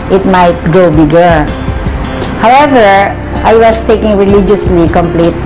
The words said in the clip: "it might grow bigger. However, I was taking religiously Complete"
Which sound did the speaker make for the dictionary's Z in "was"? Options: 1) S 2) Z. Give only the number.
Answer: 1